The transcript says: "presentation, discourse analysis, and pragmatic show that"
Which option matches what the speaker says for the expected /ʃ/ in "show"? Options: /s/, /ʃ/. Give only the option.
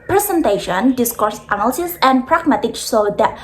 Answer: /s/